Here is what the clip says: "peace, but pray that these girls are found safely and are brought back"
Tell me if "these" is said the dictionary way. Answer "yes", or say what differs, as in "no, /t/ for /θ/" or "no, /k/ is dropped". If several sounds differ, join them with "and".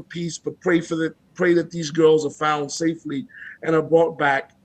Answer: yes